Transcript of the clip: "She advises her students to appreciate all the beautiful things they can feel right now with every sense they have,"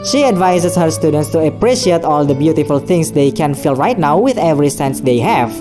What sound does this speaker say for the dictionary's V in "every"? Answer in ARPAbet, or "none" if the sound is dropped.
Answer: V